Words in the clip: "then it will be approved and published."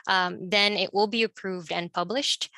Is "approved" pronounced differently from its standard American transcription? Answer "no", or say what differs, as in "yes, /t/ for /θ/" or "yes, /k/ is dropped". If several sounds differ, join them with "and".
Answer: no